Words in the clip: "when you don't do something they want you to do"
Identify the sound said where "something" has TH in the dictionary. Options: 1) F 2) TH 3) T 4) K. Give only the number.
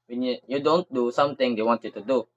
3